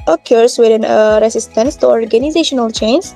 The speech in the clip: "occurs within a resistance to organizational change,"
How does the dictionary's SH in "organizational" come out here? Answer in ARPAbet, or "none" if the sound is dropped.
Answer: SH